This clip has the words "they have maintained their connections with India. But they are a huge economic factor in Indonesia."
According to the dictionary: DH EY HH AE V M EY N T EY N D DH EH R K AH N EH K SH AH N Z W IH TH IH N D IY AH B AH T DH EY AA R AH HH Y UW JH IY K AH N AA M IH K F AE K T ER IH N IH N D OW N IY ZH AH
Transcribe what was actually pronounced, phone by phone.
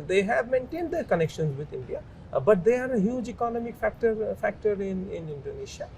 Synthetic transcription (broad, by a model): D EY HH AE V M EY N T EY N D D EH R K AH N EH K SH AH N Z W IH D IH N D IY AH B AH T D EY AA R AH HH Y UW JH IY K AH N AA M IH K F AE K T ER IH N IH N D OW N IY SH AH